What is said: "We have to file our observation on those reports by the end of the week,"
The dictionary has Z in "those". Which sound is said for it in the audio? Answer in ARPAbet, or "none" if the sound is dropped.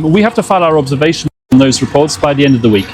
Z